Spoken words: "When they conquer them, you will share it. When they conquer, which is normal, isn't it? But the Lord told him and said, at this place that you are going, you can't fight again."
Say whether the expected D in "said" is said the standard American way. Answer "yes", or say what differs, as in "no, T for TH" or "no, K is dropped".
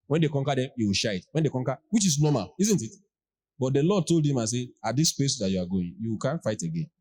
no, D is dropped